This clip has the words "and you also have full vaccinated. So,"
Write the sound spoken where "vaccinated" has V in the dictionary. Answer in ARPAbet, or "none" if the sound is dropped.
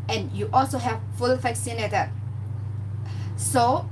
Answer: F